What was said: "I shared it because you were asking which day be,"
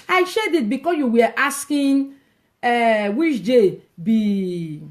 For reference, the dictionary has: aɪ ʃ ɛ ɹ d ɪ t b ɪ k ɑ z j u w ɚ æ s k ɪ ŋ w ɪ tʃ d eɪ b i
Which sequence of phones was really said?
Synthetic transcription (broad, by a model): aɪ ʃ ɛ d ɪ t b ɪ k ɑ s j u w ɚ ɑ s k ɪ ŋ w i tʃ d eɪ b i